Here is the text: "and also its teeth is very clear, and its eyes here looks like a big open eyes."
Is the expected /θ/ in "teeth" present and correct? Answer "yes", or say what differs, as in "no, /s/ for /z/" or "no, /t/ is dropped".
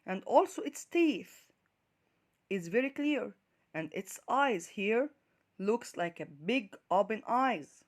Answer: yes